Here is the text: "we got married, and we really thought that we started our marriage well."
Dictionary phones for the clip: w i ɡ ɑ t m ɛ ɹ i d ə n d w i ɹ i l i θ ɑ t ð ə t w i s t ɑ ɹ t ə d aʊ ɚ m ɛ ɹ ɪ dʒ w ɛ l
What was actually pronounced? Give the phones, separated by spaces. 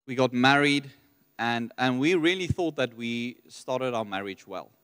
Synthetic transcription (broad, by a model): w i ɡ ɑ t m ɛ ɹ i d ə n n w i ɹ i l i θ ɑ t ð ə t w i s t ɑ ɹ t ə d aʊ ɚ m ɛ ɹ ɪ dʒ w ɛ l